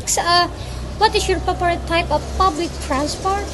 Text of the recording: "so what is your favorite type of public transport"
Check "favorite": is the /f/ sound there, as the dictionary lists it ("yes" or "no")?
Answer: no